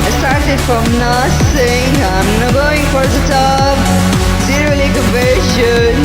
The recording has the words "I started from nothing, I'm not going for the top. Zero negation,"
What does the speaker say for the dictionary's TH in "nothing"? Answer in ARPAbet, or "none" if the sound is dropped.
S